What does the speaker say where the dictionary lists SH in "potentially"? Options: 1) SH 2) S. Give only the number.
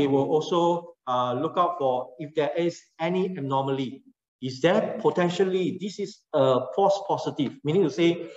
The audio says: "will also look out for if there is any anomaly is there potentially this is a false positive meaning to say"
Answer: 1